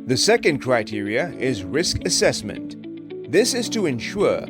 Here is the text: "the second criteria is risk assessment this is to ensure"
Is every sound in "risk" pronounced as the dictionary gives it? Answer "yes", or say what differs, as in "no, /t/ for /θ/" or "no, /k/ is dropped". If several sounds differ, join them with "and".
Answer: yes